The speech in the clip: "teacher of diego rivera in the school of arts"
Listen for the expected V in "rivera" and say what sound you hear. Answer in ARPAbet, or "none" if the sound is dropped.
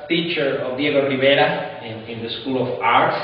B